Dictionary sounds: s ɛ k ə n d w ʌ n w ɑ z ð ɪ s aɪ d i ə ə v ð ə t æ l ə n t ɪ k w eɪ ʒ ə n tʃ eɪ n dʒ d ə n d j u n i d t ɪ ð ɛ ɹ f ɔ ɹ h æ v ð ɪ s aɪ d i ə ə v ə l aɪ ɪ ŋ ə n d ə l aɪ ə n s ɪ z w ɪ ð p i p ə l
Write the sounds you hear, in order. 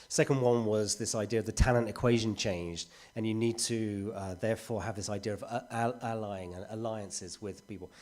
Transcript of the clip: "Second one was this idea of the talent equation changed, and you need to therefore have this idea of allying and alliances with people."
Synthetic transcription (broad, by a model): s ɛ k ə n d w ʌ n w ɑ z ð ɪ s aɪ d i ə ə v ð ə t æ l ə n t ɪ k w eɪ ʒ ə n tʃ eɪ n dʒ d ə n j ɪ n i d t ɪ ð ɛ ɹ f ɔ ɹ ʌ v ð ɪ s aɪ d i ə ə v ə l aɪ ɪ ŋ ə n ə l aɪ ə n s ɪ z w ɪ ð p i p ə l